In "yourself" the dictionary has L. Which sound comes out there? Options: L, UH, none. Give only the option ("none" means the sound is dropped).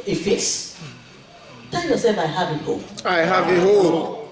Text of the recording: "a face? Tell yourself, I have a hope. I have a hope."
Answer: none